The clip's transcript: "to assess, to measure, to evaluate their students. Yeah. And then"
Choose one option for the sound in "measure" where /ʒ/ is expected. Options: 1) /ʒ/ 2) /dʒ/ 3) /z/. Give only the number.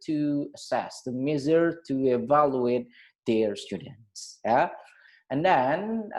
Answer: 3